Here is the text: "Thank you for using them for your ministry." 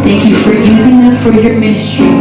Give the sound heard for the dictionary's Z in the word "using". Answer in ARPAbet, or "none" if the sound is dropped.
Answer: Z